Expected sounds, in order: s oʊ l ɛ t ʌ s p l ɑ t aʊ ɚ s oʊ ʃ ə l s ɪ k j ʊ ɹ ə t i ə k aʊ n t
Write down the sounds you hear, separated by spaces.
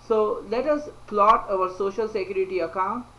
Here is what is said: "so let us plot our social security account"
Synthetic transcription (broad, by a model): s oʊ l ɛ t ʌ s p l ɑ t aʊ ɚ s oʊ ʃ ə l s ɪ k j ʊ ɹ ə t i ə k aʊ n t